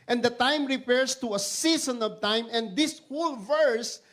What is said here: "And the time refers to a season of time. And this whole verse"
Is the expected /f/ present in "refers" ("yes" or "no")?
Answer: no